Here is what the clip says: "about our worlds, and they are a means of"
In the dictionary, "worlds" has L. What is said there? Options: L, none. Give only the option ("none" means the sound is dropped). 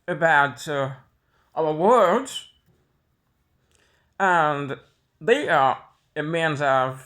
none